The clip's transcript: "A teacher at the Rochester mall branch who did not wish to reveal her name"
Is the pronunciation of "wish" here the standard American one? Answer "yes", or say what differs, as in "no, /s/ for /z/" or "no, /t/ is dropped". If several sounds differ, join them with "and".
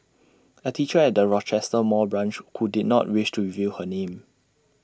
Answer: yes